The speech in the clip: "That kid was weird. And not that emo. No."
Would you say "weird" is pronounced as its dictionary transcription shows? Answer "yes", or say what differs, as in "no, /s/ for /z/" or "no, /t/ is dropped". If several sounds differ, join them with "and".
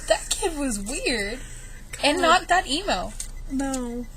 yes